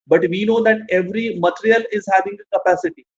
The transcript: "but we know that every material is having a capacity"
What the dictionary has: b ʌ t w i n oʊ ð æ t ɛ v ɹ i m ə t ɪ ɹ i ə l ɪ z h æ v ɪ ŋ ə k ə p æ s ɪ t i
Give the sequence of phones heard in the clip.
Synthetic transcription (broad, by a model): b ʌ t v i n oʊ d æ t ɛ v ɹ i m ə t ɪ ɹ i ə l ɪ z h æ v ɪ ŋ ə k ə p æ s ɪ t i